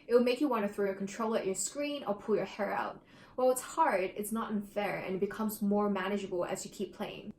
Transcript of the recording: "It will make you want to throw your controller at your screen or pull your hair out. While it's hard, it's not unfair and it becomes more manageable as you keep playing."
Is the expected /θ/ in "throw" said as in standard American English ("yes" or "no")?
yes